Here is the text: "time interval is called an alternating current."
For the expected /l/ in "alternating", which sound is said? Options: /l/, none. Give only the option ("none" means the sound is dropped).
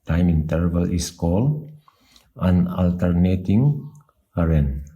/l/